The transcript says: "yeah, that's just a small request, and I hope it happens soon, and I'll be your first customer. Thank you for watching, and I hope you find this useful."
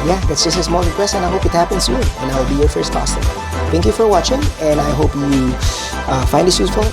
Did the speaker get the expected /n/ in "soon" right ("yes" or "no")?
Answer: no